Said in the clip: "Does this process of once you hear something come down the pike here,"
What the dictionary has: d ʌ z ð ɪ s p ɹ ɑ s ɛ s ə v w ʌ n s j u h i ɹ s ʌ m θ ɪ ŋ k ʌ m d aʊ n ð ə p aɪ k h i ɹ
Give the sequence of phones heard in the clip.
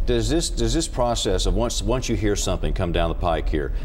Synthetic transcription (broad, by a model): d ʌ z ð ɪ s p ɹ ɑ s ɛ s ə v w ʌ n s j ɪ h i ɹ s ʌ m θ ɪ ŋ k ʌ m d aʊ n ð ə p aɪ k h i ɹ